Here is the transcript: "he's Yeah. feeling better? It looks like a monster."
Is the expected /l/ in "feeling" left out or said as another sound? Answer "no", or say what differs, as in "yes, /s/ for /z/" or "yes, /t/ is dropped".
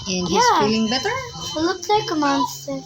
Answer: yes, /l/ is dropped